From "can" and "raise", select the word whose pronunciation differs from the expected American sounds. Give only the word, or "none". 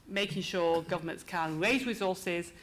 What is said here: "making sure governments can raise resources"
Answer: none